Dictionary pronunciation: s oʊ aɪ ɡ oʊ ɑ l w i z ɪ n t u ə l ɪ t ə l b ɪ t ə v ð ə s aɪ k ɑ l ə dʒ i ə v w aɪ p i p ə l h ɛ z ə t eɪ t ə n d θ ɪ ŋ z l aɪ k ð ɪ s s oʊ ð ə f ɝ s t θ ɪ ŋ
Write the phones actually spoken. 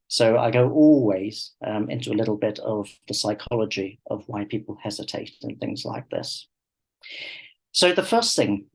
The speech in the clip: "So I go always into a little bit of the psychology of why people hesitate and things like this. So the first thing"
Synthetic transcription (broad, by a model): s oʊ aɪ ɡ oʊ ɑ l w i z ɪ n t u ə l ɪ t l b ɪ t ə v ð ə s aɪ k ɑ l ə dʒ i ə v w aɪ p i p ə l h ɛ z ə t eɪ t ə n θ ɪ ŋ z l aɪ k ð ɪ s s oʊ ð ə f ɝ s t θ ɪ ŋ